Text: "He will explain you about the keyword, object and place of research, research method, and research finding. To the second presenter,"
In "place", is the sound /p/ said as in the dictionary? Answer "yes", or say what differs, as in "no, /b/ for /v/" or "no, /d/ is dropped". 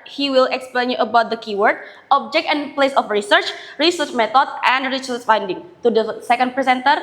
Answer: yes